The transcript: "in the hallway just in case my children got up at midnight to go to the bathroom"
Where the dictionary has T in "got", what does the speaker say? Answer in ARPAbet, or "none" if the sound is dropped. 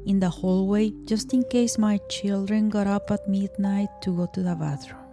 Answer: T